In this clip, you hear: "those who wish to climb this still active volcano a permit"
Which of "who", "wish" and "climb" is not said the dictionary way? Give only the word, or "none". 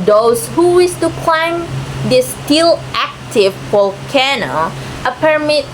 wish